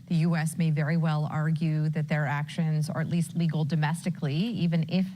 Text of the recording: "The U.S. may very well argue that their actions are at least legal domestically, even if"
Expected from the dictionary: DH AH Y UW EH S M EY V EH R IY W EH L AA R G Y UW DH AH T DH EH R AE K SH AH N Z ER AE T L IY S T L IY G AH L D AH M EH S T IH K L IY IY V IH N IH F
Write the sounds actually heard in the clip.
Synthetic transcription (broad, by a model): DH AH Y UW EH S M EY V EH R IY W EH L AA R G Y UW DH AH T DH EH R AE K SH AH N Z ER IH T L IY S T L IY G L D AH M EH S T IH K L IY IY V IH N IH F